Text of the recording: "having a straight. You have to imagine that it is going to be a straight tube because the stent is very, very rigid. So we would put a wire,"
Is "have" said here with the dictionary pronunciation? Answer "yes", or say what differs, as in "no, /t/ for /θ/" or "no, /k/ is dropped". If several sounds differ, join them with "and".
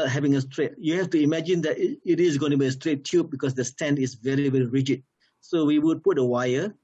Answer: no, /f/ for /v/